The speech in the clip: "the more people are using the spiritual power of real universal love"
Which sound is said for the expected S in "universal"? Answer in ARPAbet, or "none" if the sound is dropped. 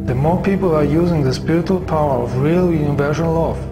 SH